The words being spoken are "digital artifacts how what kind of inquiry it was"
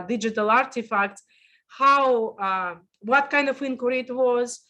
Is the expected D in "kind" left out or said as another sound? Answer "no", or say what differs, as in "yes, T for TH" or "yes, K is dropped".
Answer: no